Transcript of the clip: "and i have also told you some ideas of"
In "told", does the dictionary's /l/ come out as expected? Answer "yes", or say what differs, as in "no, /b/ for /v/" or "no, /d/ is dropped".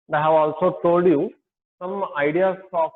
no, /l/ is dropped